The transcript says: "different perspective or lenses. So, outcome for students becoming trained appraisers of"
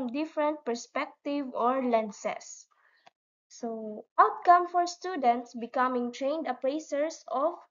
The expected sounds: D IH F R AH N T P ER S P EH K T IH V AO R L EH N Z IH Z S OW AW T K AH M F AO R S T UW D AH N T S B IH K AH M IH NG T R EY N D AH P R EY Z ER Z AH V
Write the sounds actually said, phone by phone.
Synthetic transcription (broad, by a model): D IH F R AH N T P ER S P EH K T IH V AO R L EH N S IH S OW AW T K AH M F AO R S T UW D AH N T S B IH K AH M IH NG T R EY N D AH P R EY S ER S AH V